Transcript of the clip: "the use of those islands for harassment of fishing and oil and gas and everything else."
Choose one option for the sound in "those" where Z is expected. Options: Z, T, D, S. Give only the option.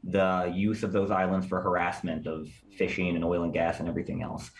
Z